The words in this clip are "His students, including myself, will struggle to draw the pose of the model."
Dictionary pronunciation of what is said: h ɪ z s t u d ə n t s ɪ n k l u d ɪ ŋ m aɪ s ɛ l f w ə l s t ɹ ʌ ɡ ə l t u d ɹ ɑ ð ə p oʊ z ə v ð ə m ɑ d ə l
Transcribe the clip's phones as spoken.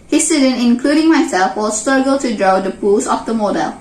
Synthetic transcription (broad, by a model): h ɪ s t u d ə n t ɪ n k l u d ɪ ŋ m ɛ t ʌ f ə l s t ɹ ʌ ɡ ə l t u d ɹ ɑ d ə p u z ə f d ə m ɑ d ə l